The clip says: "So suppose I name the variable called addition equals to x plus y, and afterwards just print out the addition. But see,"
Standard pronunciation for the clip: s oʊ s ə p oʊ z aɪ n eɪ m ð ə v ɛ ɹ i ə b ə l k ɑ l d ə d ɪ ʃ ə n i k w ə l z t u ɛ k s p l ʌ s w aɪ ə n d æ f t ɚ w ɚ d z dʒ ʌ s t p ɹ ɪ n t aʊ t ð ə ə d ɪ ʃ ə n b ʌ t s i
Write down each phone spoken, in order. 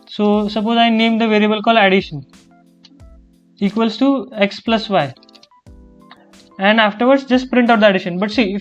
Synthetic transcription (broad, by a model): s oʊ s ə p oʊ z aɪ n eɪ m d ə v ɛ ɹ i ə b ə l k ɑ l ə d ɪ ʃ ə n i k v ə l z t u ɛ k s p l ʌ s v aɪ ə n d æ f t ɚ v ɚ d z dʒ ʌ s t p ɹ ɪ n t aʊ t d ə ə d ɪ ʃ ə n b ʌ t s i